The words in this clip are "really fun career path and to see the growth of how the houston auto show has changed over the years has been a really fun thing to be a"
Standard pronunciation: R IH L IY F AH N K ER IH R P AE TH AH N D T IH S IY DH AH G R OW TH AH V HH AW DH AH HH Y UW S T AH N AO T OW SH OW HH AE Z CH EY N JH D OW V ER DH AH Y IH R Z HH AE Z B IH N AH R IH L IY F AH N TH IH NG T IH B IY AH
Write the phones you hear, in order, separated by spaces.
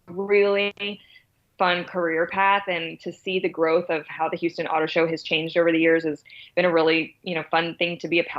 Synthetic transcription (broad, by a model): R IH L IY F AH N K ER IH R P AE TH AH N T IH S IY DH AH G R OW TH AH V HH AW DH AH HH Y UW S T AH N AO T OW SH OW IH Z CH EY N JH D OW V ER DH AH Y IH R Z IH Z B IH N AH R IH L IY F AH N TH IH NG T IH B IY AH